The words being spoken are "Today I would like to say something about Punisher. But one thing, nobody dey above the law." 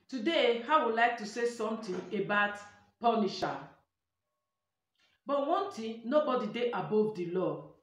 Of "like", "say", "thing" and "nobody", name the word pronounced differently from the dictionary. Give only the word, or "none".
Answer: thing